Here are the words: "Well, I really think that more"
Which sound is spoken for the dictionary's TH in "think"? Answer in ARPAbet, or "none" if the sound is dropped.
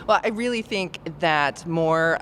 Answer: TH